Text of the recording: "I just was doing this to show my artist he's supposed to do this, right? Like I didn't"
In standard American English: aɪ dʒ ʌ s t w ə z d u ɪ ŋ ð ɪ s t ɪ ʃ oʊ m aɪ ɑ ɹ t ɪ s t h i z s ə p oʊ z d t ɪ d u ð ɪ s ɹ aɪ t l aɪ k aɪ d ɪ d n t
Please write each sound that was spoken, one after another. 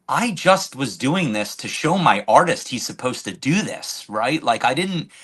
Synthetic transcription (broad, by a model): aɪ dʒ ʌ s t w ə z d u ɪ ŋ ð ɪ s t ɪ ʃ oʊ m aɪ ɑ ɹ t ɪ s t h i z s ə p oʊ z t ɪ d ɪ ð ɪ s ɹ aɪ t l aɪ k aɪ d ɪ d n t